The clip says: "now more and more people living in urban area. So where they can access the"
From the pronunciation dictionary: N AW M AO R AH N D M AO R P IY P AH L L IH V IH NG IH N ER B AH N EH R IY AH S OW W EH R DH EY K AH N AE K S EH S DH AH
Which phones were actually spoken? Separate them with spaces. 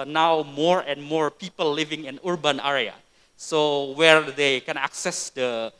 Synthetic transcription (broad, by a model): N AW M AO R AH N M AO R P IY P AH L L IH V IH NG IH N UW B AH N EH R IY AH S OW W EH R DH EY K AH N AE K S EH S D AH